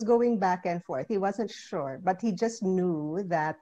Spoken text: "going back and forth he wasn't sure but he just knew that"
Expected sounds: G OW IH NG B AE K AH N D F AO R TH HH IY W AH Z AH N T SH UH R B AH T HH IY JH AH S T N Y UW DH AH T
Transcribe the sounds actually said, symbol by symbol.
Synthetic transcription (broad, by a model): G OW IH NG B AE K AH N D F AO R TH HH IY W AH Z AH N T SH UH R B AH T HH IY JH AH S T N Y UW DH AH T